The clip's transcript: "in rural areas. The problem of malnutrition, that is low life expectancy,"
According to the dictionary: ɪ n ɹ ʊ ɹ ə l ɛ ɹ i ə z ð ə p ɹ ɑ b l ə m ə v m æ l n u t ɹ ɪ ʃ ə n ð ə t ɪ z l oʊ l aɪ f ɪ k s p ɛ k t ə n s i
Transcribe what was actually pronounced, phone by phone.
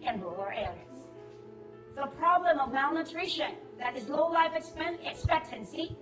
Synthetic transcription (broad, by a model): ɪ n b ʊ l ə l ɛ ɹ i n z ð ə p ɹ ɑ b l ə m ə v m æ l n u t ɹ ɪ ʃ ə n ð ə t ɪ z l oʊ l aɪ f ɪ k s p ɛ k t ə n s i